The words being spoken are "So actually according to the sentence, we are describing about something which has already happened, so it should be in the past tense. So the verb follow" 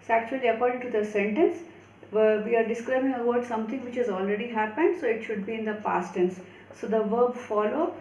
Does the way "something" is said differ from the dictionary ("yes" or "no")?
yes